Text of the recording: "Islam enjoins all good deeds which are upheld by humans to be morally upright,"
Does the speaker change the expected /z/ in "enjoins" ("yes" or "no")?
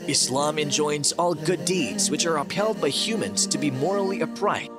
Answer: no